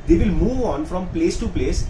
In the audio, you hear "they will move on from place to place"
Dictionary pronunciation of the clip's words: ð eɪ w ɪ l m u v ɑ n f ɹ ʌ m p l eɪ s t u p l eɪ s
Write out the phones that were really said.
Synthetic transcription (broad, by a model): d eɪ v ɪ l m u v ɑ n f ɹ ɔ m p l eɪ s t u p l eɪ s